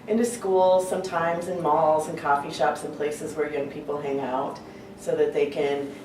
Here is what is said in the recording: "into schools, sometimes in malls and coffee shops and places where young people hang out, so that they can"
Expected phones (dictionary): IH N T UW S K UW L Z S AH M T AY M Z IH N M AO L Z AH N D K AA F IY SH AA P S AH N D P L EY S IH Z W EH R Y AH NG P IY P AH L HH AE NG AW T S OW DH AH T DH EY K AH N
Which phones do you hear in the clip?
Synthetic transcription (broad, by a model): IH N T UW S K UW L Z S AH M T AY M Z IH N M AO L Z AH N K AA F IY SH AA P S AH N P L EY S IH Z W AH R Y AH NG P IY P L HH AE NG AW T S OW DH AH T DH EY K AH N